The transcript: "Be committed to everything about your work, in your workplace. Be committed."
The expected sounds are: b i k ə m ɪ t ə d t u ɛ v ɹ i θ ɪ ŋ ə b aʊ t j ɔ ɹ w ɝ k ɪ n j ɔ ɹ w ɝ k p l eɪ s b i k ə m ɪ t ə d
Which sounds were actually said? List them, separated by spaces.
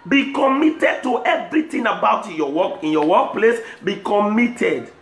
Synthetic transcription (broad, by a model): b i k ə m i t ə d t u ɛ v ɹ i t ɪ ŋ ə b aʊ t j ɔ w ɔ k ɪ n j ɔ w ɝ k p l eɪ s b i k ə m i t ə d